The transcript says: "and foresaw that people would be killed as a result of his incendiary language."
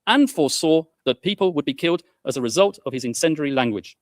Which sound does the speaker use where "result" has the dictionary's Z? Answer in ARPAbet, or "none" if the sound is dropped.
Z